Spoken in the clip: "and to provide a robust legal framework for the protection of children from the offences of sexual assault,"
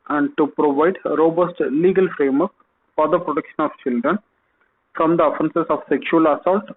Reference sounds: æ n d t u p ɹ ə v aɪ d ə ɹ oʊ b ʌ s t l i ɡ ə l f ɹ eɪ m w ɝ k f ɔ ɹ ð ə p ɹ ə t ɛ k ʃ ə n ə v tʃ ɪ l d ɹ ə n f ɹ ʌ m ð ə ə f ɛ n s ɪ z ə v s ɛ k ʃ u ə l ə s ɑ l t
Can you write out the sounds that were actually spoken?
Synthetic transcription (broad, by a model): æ n d t u p ɹ ə v aɪ d ɹ oʊ b ʌ s t l i ɡ ə l f ɹ eɪ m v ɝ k f ɔ ɹ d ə p ɹ ə t ɛ k ʃ ə n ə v tʃ ɪ l d ɹ ə n f ɹ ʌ m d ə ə f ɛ n s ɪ s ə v s ɛ k ʃ u ə l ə s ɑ l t